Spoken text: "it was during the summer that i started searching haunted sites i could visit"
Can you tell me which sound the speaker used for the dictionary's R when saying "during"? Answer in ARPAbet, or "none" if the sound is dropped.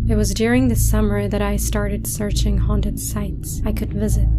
R